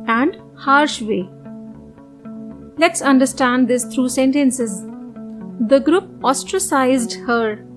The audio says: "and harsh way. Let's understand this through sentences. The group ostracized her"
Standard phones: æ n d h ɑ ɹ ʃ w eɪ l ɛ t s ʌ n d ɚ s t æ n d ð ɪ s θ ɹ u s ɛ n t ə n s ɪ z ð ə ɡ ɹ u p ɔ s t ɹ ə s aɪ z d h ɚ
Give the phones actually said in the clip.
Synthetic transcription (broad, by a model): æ n d h ɑ ɹ ʃ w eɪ l ɛ t s ʌ n d ɚ s t æ n d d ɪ s t ɹ u s ɛ n t ə n s ɪ z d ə ɡ ɹ u p ɔ s t ɹ ə s aɪ z d h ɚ